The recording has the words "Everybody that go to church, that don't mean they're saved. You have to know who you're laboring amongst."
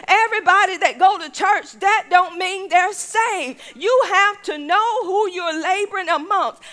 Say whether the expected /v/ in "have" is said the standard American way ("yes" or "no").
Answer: no